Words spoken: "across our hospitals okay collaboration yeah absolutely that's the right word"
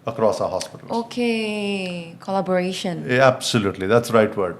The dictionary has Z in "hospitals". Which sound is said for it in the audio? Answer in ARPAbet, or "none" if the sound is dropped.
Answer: none